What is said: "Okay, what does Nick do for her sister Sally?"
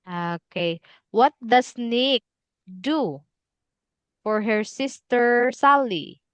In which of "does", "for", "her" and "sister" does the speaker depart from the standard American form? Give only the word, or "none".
does